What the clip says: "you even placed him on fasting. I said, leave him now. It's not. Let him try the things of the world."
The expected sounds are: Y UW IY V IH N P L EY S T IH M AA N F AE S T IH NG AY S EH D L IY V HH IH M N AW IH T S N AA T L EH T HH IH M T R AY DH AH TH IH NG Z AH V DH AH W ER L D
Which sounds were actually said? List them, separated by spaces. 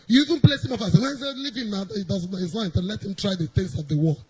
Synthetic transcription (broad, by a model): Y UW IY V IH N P L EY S IH M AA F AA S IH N AY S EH L IY V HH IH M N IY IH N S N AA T L EH T HH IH M T R AY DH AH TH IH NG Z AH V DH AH W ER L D